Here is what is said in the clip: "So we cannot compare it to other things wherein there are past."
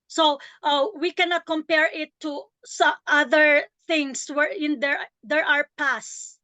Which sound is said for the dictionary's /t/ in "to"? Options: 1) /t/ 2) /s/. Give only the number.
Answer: 2